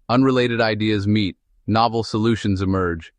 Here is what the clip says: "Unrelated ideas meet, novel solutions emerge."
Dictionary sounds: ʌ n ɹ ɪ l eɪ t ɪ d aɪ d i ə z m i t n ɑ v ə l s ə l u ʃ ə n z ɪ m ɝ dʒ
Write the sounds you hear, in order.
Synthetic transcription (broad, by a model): ʌ n ɹ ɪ l eɪ t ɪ d aɪ d i ə z m i t n ɑ v l s ə l u ʃ ə n z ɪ m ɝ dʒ